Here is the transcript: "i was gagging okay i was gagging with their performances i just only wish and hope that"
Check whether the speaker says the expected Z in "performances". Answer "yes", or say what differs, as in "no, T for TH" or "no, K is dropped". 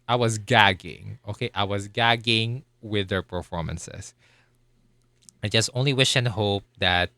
no, S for Z